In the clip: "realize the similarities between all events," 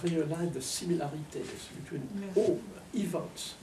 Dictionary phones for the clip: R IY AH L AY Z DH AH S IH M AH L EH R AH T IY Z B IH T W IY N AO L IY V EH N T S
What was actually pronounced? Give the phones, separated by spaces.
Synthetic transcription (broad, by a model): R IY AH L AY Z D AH S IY M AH L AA R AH T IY S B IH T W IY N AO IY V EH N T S